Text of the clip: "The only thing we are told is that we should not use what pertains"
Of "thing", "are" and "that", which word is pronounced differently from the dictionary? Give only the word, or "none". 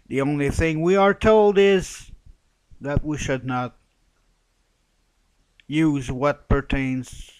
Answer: none